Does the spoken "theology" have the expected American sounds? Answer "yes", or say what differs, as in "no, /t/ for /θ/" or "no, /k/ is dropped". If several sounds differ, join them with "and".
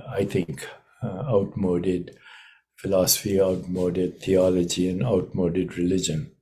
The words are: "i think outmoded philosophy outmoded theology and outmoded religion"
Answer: no, /t/ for /θ/